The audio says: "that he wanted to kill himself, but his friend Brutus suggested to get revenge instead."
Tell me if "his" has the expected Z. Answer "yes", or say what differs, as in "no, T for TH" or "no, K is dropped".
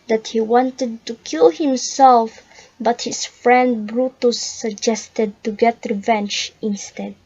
no, S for Z